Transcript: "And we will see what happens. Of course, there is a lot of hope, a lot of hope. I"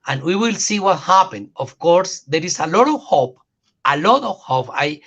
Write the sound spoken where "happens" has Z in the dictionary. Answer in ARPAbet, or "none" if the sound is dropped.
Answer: none